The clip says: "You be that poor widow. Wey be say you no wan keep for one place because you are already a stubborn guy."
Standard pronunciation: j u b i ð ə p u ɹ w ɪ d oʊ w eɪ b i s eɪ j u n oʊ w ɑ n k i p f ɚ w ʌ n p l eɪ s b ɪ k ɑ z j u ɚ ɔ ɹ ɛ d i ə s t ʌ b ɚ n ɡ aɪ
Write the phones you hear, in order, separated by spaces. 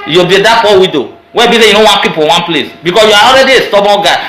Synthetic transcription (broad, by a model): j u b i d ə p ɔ w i d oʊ w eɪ b i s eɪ j u n oʊ w ɑ n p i p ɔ w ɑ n p l eɪ s b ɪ k ɑ s j u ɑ ɔ ɹ ɛ d i ə s t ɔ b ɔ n ɡ aɪ